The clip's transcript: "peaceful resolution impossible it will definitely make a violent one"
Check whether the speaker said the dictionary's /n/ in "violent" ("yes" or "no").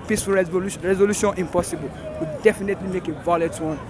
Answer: no